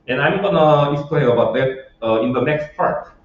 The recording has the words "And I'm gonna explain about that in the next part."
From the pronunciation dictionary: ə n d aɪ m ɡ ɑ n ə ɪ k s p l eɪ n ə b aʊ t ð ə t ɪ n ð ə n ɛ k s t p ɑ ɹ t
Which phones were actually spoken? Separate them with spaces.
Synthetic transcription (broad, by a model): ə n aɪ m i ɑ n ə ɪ s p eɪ ə b aʊ t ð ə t ɪ n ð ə n ɛ k s t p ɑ ɹ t